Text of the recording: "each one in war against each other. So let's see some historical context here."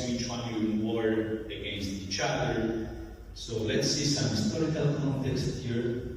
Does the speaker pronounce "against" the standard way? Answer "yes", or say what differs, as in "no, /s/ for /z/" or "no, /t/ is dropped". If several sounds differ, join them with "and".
yes